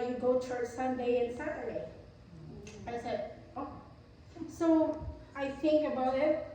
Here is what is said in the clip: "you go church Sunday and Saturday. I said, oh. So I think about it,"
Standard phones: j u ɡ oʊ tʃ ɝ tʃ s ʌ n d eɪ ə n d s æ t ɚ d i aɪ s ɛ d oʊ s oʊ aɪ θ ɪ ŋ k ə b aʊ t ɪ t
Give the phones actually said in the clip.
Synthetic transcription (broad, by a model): j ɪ ɡ oʊ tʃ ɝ s ʌ n d eɪ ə n s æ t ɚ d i aɪ s ɛ d oʊ s oʊ aɪ θ ɪ ŋ k ə b aʊ t ɪ t